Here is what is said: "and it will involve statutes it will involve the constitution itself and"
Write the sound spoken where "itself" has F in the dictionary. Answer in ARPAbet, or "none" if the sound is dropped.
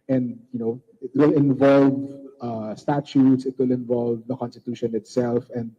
F